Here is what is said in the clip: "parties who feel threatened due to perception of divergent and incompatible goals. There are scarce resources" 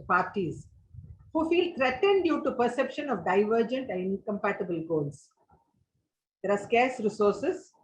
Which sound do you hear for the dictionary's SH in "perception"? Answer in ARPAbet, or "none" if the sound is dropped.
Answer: SH